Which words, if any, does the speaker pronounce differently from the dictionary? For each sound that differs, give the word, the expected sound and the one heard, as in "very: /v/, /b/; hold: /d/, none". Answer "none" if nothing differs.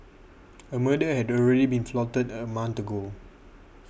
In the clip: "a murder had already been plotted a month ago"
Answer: plotted: /p/, /f/; month: /θ/, /t/